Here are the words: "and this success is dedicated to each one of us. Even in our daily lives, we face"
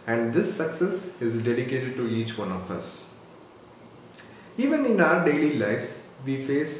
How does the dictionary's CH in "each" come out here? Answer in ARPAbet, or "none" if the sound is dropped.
CH